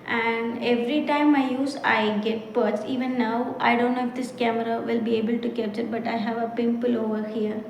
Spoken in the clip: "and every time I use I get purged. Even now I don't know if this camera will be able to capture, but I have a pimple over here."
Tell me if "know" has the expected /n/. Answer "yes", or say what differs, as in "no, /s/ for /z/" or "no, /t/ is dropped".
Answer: no, /l/ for /n/